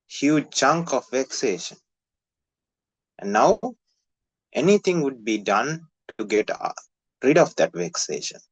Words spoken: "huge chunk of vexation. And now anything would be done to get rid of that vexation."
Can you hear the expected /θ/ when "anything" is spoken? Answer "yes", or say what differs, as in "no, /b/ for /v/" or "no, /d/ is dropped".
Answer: no, /t/ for /θ/